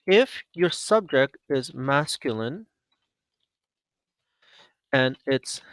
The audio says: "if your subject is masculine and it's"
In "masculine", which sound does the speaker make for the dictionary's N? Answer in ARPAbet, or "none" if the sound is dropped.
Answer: N